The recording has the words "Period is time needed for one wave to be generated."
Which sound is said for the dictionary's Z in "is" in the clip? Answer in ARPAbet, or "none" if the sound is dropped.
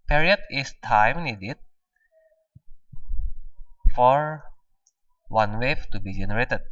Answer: S